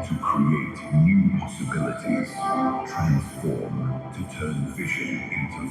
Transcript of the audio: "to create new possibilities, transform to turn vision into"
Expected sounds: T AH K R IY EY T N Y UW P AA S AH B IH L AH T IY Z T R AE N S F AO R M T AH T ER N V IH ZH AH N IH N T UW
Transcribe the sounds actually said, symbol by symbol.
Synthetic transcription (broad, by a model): T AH K R IY EY T N Y UW P AA S AH B IH L AH T IY Z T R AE N S F AO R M T AH T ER N F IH SH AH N IH N T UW